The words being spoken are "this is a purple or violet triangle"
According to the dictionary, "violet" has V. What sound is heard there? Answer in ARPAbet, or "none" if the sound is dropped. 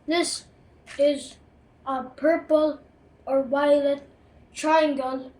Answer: W